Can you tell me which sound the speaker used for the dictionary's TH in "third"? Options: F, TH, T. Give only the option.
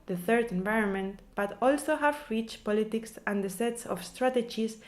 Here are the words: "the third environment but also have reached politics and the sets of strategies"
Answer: TH